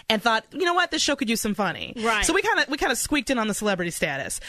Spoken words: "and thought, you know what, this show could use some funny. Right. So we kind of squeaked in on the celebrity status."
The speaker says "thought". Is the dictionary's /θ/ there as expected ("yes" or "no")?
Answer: yes